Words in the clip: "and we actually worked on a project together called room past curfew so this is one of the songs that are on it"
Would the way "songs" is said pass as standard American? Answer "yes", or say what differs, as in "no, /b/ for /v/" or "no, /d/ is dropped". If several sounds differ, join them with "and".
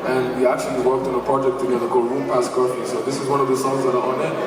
no, /ŋ/ is dropped